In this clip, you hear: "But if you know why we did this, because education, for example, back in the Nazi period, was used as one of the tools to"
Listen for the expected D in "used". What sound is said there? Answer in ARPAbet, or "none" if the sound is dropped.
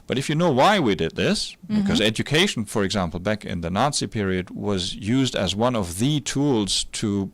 D